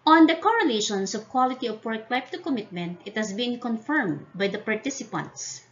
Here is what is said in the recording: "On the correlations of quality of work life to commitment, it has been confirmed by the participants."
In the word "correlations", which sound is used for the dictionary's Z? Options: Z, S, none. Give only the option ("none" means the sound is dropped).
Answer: S